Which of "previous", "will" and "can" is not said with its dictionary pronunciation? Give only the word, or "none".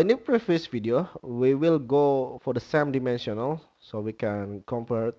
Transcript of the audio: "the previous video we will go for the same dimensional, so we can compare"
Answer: previous